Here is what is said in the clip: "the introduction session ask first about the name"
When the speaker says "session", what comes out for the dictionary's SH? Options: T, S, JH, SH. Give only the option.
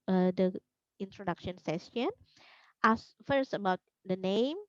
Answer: S